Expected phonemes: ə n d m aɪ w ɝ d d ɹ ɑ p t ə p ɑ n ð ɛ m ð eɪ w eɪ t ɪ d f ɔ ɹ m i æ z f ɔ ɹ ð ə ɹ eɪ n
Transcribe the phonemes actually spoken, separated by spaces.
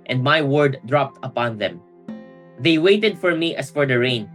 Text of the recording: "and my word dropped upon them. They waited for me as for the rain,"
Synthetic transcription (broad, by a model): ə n d m aɪ w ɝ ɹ d ɹ ɑ p t ə p ɑ n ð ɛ m ð eɪ w eɪ t ɪ d f ɔ ɹ m i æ s f ɔ ɹ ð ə ɹ eɪ n